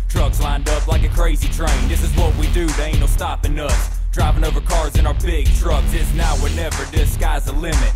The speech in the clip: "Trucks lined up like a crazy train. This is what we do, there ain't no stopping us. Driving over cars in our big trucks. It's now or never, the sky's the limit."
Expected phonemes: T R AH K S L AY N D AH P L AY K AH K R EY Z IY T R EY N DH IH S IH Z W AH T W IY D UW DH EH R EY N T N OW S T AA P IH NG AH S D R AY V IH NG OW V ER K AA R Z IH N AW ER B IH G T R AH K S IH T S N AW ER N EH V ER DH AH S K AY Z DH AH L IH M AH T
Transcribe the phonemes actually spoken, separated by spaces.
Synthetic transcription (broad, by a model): T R AH K S L AY N D AH P L AY K AH K R EY Z IY T R EY N DH IH S IH Z W AH T W IY D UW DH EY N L S T AA P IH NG AH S D R AY V IH NG OW V ER K AA R Z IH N AW ER B IH G T R AH K S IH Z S N AW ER N EH V ER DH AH S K AY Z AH L IH M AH T